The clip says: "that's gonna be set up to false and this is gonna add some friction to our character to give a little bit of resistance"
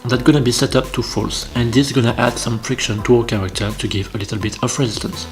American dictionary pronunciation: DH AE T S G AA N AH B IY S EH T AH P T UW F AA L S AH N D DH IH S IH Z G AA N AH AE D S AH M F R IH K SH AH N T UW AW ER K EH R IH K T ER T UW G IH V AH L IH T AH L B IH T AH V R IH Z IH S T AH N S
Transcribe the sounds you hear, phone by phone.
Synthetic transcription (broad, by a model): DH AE T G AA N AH B IY S EH T AH P T UW F AA L S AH N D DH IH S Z G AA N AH AE D S AH M F R IH K SH AH N T UW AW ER K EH R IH K T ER T UW G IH V AH L IH T AH L B IH T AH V R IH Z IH S T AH N S